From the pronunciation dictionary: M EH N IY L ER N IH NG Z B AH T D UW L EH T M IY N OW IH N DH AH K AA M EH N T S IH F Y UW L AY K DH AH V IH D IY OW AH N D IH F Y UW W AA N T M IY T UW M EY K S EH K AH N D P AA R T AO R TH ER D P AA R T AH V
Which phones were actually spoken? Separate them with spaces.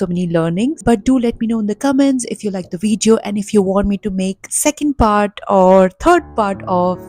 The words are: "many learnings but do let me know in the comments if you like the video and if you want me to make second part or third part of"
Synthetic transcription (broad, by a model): M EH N IY L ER N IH NG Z B AH T D UW L EH T M IY N OW IH N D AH K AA M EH N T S IH F Y UW L AY K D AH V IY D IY OW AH N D IH F Y UW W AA N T M IY T UW M EY K S EH K AH N D P AA R T AO R T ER D P AA R T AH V